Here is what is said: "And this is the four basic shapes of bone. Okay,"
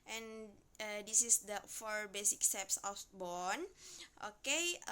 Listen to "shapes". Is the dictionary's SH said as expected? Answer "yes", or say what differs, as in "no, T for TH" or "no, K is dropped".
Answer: no, S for SH